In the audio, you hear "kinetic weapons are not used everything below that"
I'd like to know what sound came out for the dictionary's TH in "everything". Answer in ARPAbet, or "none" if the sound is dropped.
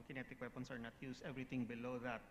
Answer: T